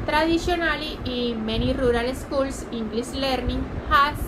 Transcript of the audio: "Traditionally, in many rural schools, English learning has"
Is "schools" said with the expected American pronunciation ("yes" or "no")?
no